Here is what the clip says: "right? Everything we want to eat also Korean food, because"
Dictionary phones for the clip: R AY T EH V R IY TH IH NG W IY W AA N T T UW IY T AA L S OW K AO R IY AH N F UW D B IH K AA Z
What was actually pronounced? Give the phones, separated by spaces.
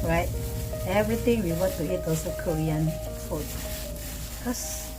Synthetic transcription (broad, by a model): R AY T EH V R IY T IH NG W IY W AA N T T UW IY T AA L S OW K AO R IY AH N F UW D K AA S